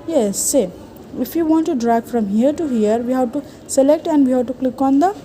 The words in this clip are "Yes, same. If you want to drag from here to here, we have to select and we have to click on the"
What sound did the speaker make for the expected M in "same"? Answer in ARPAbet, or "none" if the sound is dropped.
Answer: none